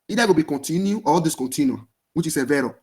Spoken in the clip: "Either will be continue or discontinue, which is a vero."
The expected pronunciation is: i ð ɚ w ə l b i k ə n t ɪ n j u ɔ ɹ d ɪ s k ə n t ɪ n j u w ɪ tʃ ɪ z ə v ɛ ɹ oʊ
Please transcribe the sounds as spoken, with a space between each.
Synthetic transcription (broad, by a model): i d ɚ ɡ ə b i k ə n t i n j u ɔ l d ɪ s k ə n t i n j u w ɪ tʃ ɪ s ə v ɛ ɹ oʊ